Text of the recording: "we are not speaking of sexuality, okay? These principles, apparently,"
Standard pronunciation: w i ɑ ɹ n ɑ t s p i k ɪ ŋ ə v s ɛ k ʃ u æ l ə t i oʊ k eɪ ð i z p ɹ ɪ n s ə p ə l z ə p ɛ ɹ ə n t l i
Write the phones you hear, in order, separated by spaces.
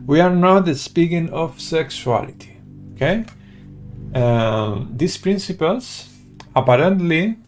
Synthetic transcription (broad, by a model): w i ɑ ɹ n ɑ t s p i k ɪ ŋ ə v s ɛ k s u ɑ l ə t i oʊ k eɪ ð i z p ɹ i n s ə p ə l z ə p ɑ ɹ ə n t l i